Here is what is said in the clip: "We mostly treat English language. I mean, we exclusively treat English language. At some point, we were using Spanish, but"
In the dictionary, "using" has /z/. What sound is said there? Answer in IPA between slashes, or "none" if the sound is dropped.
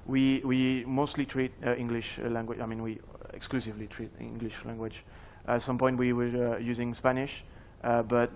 /z/